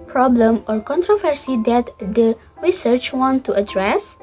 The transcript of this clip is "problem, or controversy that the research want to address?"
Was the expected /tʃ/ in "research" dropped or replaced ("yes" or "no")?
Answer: no